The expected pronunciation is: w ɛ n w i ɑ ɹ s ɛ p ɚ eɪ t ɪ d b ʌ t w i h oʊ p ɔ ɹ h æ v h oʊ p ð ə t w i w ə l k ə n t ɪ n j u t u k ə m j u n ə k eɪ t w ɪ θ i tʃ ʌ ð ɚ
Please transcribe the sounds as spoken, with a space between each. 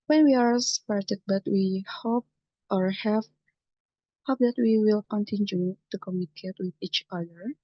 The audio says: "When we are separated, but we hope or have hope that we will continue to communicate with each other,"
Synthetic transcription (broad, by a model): w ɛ n w i ɑ ɹ s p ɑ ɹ t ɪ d b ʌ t w i h oʊ p ɔ ɹ h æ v h oʊ p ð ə t w i w ə l k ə n t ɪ n j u t u k ə m j u n ə k eɪ t w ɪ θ i tʃ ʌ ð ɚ